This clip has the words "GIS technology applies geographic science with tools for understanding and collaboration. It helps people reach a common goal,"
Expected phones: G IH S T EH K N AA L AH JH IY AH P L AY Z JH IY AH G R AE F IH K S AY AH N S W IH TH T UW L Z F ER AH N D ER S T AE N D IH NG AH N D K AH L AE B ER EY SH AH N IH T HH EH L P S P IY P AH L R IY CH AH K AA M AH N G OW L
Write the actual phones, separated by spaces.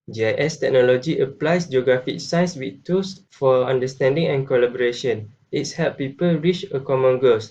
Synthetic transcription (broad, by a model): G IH S T EH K N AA L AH JH IY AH P L AY S JH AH G R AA F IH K S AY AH N S W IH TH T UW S F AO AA N D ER S T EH N D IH NG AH N K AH L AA B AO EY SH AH N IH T HH EH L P P IY P AH L R IY CH AH K AA M AH N G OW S